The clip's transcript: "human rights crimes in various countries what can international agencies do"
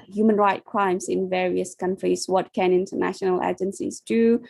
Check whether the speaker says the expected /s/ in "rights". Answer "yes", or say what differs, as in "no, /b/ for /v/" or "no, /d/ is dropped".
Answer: no, /s/ is dropped